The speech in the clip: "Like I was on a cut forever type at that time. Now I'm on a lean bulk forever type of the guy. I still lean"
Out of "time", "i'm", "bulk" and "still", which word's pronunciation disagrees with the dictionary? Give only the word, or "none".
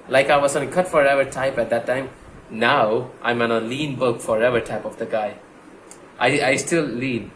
bulk